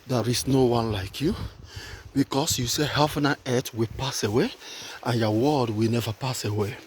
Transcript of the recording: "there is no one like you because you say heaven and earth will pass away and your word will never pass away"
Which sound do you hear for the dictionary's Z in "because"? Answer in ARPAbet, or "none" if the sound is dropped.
S